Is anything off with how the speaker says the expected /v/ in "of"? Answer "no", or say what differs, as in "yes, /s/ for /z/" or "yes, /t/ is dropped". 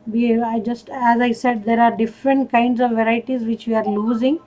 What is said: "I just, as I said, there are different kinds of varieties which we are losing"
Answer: no